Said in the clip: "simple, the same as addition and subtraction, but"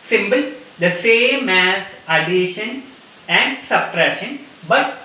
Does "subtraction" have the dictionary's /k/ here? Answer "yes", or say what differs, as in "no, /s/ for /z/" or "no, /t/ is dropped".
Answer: no, /k/ is dropped